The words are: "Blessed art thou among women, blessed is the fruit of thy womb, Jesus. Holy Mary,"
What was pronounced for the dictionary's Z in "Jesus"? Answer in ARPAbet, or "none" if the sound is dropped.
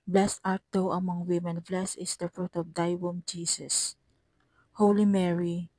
S